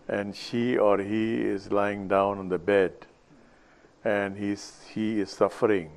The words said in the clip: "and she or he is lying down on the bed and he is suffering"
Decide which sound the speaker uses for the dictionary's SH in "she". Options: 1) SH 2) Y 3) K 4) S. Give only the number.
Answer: 1